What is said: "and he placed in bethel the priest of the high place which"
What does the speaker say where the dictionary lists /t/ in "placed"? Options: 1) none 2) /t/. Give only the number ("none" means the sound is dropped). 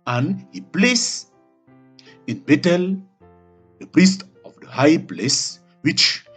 1